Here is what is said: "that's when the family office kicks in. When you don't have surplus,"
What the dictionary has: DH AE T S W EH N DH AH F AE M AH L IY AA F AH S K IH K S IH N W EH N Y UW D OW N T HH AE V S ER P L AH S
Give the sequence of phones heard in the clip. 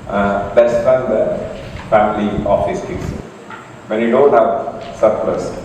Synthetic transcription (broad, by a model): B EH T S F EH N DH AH F AE M AH L IY AA F AH S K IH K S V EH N Y UW D OW N T HH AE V S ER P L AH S